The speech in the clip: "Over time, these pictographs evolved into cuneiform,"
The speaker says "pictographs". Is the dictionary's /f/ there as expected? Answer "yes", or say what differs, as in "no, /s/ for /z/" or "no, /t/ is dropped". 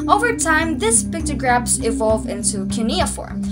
no, /p/ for /f/